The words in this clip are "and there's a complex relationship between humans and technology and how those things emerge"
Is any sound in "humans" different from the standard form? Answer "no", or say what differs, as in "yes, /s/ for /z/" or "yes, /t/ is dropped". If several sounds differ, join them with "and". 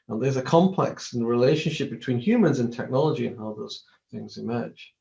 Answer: no